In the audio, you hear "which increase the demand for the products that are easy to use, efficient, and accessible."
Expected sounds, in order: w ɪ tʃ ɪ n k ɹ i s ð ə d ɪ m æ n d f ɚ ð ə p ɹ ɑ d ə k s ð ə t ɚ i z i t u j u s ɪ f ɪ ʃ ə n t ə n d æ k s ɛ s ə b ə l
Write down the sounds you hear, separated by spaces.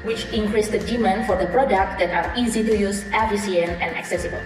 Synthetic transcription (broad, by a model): w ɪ tʃ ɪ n k ɹ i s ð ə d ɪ m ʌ n f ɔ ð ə p ɹ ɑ d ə k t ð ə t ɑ i z i t u j u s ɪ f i s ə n ə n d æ k s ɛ s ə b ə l